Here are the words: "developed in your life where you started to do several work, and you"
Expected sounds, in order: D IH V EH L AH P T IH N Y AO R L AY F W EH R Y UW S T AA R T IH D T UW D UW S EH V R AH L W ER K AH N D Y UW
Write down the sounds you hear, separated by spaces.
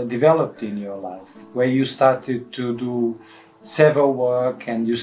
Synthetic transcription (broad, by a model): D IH V EH L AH P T IH N Y AO R L AY F W EH R Y UW S T AA R T IH D T UW D UW S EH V AH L W ER K AH N D Y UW